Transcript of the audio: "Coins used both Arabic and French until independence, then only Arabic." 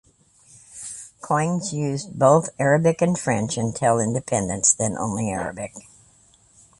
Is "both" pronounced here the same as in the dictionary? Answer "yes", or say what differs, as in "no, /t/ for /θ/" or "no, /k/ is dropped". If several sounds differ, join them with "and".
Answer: yes